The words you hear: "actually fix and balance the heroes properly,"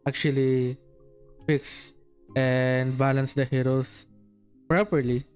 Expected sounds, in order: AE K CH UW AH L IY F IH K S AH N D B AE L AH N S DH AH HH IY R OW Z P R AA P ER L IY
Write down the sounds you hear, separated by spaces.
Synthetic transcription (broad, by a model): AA K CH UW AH L IY F IH K S AH N D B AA L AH N S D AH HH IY R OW S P R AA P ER L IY